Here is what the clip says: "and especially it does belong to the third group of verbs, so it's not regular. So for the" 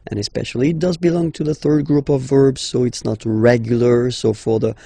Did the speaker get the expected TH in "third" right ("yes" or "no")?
yes